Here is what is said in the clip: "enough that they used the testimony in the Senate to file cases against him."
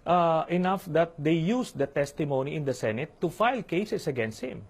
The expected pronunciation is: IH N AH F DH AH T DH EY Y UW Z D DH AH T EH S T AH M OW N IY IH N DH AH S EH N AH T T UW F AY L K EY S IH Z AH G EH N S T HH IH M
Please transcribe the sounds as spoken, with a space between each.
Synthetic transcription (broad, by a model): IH N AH F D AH T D EY Y UW S D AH T EH S T AH M OW N IY IH N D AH S EH N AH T T UW F AY L K EY S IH S AH G EH N S T HH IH M